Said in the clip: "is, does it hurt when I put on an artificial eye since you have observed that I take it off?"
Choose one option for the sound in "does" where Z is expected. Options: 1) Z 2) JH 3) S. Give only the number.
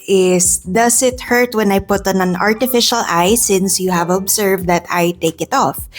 3